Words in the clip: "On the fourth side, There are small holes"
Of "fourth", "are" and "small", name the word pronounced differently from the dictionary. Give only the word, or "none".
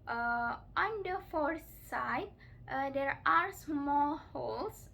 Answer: fourth